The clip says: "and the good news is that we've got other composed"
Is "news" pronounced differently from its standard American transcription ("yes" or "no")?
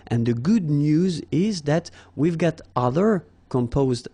no